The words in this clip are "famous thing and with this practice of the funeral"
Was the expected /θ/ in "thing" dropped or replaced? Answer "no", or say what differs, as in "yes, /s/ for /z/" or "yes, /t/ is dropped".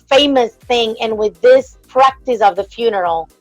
no